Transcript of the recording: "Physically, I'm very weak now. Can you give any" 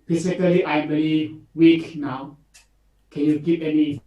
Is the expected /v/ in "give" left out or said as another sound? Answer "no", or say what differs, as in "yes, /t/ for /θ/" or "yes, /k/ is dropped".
yes, /p/ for /v/